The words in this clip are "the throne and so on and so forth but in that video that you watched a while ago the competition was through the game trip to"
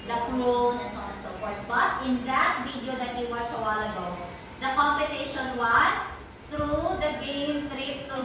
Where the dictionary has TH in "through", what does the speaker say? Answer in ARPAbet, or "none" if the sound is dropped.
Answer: T